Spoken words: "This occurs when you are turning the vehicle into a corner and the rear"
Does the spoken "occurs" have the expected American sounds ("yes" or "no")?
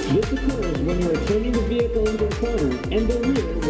yes